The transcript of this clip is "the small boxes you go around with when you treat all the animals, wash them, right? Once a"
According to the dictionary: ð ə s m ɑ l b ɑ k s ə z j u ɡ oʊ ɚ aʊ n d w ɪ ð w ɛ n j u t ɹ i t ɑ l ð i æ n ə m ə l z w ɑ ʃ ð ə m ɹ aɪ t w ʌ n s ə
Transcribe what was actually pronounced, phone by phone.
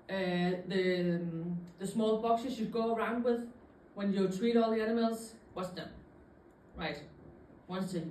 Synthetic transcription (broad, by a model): ð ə s m ɑ l b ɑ k s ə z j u ɡ oʊ ɚ aʊ n d w ɪ ð w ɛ n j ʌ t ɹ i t ɑ l ð i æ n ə m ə l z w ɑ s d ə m ɹ aɪ t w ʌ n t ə